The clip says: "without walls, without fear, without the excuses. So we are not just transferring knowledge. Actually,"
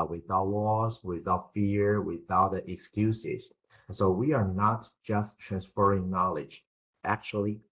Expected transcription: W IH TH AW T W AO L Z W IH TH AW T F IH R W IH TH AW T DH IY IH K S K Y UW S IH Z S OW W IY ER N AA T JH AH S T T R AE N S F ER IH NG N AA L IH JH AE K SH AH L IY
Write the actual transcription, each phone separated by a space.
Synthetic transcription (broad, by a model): W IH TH AW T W AO Z W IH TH AW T F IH R W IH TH AW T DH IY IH K S K Y UW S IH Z S OW W IY ER N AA T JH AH S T T R AE N S F ER IH NG N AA L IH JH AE K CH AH L IY